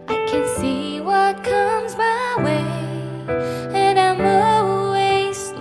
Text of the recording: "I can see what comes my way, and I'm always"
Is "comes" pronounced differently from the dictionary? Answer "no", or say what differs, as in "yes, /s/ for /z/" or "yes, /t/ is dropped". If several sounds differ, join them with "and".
no